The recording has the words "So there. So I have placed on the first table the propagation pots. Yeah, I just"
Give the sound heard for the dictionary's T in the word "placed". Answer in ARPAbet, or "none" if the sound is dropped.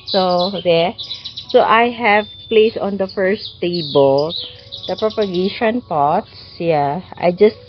none